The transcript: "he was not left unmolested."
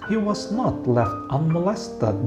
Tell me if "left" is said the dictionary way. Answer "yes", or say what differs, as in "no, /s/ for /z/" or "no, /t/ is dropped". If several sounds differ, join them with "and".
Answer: yes